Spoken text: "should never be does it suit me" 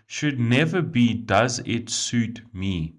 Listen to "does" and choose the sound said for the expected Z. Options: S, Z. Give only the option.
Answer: Z